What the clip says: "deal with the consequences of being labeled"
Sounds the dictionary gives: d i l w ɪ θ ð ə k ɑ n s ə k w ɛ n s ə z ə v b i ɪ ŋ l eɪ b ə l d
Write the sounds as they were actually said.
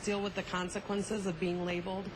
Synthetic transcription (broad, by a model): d i l w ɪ ð ə k ɑ n s ə k w ɛ n s ə z ə v b i ɪ ŋ l eɪ b l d